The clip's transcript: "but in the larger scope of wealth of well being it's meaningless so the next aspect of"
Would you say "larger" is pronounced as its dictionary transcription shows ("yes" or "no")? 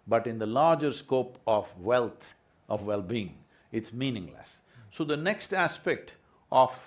yes